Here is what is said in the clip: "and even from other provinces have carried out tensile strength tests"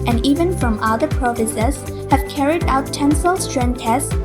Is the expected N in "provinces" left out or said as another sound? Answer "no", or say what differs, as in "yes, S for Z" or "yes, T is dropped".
yes, N is dropped